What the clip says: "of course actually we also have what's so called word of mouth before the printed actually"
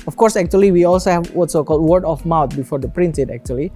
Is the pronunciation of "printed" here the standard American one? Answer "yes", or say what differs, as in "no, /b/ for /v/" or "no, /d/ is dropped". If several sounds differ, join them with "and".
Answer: no, /s/ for /t/